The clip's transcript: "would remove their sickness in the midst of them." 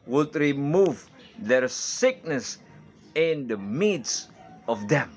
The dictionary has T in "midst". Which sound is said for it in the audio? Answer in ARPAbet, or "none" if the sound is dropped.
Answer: none